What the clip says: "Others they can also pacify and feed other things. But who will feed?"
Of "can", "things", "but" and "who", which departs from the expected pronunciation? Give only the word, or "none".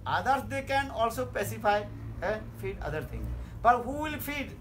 things